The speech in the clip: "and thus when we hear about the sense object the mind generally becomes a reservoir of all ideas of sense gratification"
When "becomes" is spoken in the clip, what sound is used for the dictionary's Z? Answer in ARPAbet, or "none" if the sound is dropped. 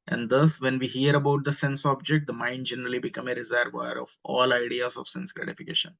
none